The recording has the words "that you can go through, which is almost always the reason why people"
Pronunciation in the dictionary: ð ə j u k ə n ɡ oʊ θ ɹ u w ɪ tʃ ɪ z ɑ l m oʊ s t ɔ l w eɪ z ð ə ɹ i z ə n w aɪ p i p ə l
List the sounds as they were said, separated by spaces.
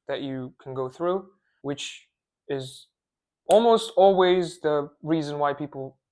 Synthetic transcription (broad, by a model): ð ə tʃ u k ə n ɡ oʊ θ ɹ u w ɪ tʃ ɪ z ɑ l m oʊ s t ɔ l w eɪ z ð ə ɹ i z ə n w aɪ p i p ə l